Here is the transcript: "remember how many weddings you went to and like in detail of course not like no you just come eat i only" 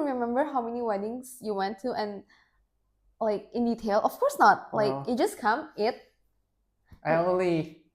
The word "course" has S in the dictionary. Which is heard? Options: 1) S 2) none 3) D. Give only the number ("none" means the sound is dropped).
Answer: 1